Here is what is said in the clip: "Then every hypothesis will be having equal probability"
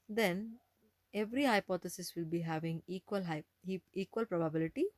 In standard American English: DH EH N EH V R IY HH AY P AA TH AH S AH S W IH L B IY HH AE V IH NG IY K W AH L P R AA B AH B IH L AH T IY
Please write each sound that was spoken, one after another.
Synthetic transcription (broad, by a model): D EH N EH V R IY HH AY P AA T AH S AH S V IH L B IY HH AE V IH NG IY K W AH L P R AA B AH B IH L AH T IY